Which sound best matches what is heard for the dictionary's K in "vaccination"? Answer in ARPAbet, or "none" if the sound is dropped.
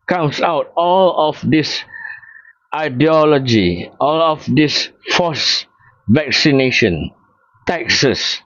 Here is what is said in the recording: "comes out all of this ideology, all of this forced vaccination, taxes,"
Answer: K